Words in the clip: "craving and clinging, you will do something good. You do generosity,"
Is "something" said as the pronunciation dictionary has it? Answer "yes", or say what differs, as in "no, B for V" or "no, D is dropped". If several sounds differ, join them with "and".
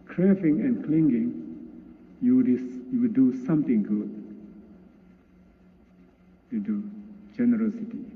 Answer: no, T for TH